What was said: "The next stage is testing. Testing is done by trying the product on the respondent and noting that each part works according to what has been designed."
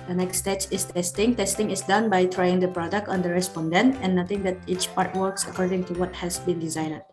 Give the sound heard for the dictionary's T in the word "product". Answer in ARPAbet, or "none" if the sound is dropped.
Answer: T